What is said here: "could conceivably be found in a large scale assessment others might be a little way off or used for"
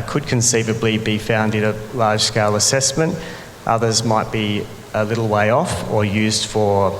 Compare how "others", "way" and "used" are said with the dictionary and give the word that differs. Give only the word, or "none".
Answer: none